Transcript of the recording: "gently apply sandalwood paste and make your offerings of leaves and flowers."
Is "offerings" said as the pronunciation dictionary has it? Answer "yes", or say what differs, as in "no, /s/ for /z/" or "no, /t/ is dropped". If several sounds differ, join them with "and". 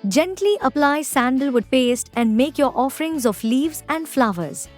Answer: yes